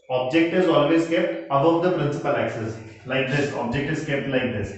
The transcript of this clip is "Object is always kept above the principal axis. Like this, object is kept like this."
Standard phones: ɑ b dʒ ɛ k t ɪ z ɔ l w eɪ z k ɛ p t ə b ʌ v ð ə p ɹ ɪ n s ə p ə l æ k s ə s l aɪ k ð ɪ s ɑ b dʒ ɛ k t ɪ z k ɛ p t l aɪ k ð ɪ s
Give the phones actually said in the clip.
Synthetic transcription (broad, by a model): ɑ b dʒ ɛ k t ɪ z ɔ l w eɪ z k ɛ p t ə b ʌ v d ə p ɹ ɪ n s ə p ə l æ k s ə s l aɪ k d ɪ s ɑ b dʒ ɛ k t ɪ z k ɛ p t l aɪ k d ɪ s